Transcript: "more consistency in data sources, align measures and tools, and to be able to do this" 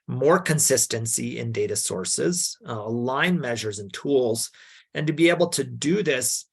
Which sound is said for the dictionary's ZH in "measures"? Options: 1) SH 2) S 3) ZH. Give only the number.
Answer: 3